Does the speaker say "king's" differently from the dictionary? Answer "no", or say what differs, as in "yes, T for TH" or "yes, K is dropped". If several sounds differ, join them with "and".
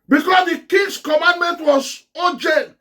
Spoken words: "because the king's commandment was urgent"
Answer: yes, S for Z